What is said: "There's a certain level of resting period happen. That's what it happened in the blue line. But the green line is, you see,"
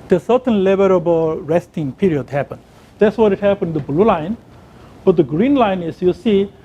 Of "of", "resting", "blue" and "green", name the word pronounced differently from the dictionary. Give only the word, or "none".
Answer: of